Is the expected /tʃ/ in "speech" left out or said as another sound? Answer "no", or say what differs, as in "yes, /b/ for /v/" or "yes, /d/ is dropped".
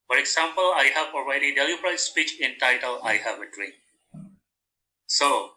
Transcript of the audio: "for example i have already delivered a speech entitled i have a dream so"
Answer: no